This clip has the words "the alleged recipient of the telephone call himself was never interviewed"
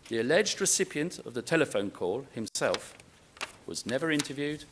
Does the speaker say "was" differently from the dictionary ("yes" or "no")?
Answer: no